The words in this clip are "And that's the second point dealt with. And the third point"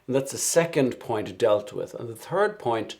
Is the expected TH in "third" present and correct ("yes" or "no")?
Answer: yes